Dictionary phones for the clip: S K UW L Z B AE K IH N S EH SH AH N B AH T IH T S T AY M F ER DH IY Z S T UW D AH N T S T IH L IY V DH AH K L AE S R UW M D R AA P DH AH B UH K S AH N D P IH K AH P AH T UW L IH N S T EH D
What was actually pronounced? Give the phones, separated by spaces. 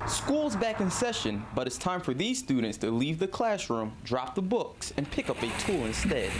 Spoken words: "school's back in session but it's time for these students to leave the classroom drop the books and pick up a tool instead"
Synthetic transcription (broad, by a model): S K UW L Z B AE K IH N S EH SH AH N B AH T IH T S T AY M F ER DH IY Z S T UW D N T S T IH L IY V DH AH K L AE S R UW M D R AA P DH AH B UH K S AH N P IH K AH P AH T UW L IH N S T EH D